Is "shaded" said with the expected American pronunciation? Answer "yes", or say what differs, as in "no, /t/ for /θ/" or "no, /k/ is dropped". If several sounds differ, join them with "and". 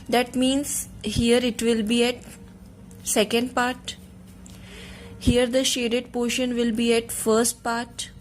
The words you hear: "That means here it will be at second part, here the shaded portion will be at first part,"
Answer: yes